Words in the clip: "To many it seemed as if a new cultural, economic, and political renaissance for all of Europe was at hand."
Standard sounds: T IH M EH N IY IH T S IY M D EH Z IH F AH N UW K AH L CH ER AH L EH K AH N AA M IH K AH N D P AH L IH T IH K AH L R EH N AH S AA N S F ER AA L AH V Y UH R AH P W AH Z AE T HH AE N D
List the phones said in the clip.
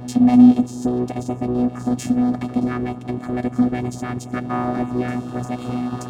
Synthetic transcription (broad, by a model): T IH M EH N IY IH T S IY M D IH Z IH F AH N UW K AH L CH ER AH L EH K AH N AA M IH K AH N P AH L IH T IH K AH L R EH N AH S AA N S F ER AA L AH V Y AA AH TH W AH Z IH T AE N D